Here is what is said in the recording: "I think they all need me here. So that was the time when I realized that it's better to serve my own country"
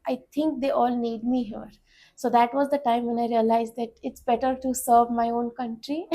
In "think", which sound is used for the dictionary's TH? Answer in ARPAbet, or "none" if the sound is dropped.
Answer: T